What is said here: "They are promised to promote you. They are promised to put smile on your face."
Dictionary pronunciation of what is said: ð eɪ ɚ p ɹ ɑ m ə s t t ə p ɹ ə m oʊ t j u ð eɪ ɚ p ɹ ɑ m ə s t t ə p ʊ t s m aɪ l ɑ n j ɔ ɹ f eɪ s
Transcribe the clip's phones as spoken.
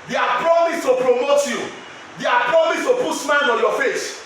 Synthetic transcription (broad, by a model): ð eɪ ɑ p ɹ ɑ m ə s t t ə p ɹ ə m oʊ t j u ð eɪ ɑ p ɹ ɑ m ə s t t ə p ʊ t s m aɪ n ɑ n j ɔ f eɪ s